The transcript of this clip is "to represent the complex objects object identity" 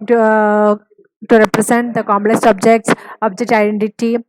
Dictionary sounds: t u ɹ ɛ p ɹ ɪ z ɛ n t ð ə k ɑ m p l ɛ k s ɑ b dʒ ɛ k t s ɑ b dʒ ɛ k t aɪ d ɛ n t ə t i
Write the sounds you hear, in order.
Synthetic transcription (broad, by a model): t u ɹ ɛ p ɹ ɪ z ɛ n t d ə k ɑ m l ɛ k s ɑ b dʒ ɛ k t s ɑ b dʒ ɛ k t aɪ d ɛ n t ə t i